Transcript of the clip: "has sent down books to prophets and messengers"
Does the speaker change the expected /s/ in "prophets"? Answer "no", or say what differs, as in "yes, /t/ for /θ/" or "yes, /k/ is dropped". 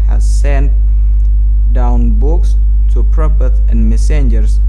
yes, /s/ is dropped